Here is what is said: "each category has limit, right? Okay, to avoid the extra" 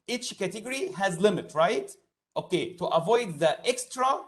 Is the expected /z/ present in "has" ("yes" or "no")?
yes